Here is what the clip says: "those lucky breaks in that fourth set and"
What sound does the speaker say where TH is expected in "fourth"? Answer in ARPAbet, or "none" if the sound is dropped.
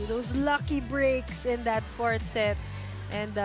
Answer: T